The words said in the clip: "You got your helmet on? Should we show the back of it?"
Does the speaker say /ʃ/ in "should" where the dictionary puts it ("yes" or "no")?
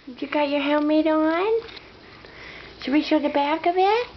no